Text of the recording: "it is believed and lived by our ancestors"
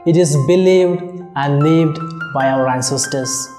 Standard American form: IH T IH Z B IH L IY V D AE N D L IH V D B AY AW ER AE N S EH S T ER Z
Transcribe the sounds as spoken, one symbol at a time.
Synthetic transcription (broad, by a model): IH T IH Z B IH L IY V D AE N D L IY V D B AY AW ER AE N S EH S T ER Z